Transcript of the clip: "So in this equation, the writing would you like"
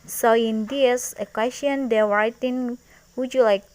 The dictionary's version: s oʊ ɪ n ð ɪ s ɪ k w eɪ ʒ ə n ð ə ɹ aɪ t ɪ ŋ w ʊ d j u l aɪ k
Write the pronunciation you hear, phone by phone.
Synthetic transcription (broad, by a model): s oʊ ɪ n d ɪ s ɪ k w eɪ s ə n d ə w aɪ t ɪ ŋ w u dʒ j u l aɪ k